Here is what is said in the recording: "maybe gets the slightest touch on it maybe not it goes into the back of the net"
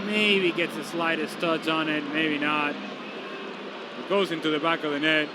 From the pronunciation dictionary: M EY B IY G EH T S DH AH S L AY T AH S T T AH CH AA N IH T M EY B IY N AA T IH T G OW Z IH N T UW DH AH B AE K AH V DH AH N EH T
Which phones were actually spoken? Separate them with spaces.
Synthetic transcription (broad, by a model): M EY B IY G EH T S DH AH S L AY T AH S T T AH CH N IH T M EY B IY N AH T IH T G OW Z IH N T UW DH AH B AE K AH V DH AH N EH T